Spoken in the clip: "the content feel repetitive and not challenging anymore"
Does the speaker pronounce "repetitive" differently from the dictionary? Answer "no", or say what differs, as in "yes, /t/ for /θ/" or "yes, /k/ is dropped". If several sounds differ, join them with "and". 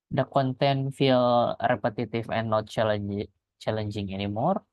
yes, /f/ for /v/